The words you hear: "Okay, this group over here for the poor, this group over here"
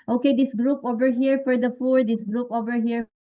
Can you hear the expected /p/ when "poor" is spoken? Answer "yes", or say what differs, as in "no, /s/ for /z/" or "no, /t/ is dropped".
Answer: no, /f/ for /p/